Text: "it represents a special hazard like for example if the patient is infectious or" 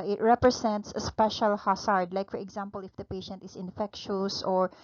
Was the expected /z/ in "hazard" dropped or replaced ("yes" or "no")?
yes